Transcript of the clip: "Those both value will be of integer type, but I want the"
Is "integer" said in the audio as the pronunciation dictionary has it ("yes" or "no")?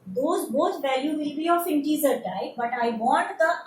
no